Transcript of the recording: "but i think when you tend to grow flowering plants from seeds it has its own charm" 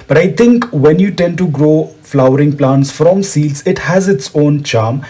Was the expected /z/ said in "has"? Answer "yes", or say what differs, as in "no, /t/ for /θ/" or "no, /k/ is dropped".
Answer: yes